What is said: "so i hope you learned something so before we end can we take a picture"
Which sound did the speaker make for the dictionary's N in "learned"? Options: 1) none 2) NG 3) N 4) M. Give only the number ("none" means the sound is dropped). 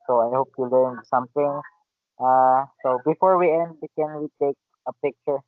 1